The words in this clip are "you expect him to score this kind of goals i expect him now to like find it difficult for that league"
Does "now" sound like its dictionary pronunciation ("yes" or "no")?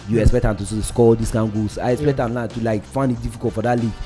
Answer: no